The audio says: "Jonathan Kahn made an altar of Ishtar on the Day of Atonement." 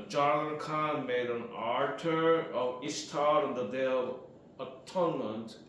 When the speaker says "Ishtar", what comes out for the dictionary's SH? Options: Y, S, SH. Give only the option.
S